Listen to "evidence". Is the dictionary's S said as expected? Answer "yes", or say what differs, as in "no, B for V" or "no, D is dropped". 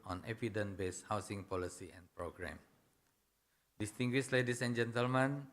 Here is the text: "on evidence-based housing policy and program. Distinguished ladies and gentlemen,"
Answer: no, S is dropped